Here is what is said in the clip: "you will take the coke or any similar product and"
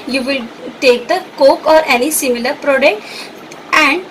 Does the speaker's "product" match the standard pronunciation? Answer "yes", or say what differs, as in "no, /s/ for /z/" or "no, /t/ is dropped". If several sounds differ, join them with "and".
yes